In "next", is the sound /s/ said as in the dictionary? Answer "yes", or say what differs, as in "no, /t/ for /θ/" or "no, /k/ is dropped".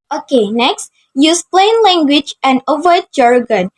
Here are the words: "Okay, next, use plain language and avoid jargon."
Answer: yes